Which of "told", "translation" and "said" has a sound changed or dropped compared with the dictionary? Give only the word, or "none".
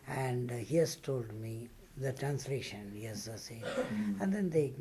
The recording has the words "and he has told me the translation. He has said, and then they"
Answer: said